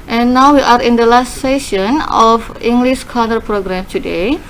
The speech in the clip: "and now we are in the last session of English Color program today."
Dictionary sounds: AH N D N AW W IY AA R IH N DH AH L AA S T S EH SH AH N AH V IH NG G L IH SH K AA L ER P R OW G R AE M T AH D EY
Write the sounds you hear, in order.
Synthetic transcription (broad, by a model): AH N N AW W IY AA R IH N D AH L AA S T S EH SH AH N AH F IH NG G L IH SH K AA N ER P R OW G R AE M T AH D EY